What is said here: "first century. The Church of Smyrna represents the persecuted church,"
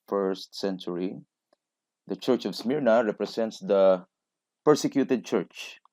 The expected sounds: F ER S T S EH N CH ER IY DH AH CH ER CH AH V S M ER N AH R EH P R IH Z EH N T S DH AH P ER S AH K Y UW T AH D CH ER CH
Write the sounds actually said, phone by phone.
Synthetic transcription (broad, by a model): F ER S T S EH N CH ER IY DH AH CH ER CH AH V S M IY N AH R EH P R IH S EH N T S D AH P ER S AH K Y UW T AH D CH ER CH